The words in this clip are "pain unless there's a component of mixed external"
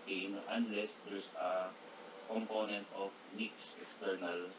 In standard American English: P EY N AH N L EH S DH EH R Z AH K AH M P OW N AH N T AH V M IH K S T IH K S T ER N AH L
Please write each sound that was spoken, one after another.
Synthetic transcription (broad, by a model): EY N AH N L EH S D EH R S AH K AH M P OW N AH N T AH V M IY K S IH K S T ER N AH L